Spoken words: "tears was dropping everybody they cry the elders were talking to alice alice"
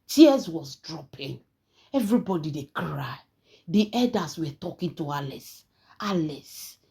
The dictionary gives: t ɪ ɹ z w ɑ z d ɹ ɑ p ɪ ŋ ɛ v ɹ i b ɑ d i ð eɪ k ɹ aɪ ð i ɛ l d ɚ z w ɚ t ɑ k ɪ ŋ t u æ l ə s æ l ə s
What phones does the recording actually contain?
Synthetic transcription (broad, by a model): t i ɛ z w ɑ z d ɹ ɑ p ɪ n ɛ v ɹ i b ɑ d i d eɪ k ɹ aɪ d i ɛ d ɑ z w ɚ t ɑ k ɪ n t u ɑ l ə s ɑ l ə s